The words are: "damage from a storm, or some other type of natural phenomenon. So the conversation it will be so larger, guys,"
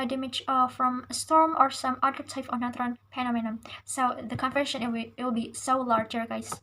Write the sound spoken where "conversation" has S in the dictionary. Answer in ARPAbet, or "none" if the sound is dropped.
none